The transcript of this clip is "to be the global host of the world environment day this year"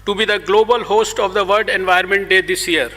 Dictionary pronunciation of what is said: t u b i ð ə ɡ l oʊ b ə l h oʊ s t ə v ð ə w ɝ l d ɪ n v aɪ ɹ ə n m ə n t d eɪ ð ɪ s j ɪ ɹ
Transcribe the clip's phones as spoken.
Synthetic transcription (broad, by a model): t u b i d ə ɡ l oʊ b ə l h oʊ s t ə v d ə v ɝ d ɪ n v aɪ ə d m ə n t d eɪ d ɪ s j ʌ ɹ